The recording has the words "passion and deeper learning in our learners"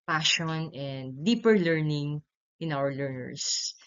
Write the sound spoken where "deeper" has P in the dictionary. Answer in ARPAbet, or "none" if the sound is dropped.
P